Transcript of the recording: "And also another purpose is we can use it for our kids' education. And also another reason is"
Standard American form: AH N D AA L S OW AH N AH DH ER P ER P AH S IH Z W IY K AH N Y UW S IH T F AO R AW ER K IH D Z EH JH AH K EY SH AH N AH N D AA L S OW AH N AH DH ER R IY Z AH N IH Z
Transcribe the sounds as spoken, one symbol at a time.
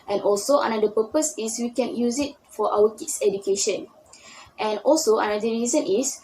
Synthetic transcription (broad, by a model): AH N AA L S OW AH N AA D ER P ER P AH S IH S W IY K AH N Y UW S IH T F AO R AW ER K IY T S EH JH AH K EY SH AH N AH N AA L S OW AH N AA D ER R IY Z AH N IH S